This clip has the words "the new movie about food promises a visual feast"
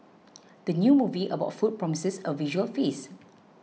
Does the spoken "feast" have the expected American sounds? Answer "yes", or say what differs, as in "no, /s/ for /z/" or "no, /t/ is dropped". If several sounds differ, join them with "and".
no, /t/ is dropped